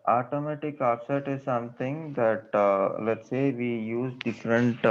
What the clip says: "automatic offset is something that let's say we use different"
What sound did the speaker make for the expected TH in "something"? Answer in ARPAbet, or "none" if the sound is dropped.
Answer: T